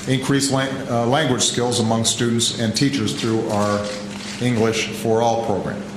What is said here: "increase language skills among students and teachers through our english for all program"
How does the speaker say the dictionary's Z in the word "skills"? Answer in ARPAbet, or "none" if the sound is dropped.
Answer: Z